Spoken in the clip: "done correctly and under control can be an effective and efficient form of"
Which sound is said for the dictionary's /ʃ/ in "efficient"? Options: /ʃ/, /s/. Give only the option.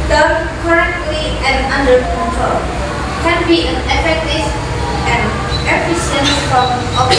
/s/